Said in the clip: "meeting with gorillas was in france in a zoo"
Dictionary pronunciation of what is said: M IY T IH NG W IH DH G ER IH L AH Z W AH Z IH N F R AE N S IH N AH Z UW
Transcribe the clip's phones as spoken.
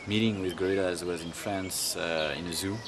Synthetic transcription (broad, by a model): M IY T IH NG W IH DH G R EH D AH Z W AH Z IH N F R AE N S IH N AH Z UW